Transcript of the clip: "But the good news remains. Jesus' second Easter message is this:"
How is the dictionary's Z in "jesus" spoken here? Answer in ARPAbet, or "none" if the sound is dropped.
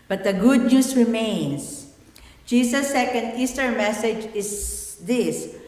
S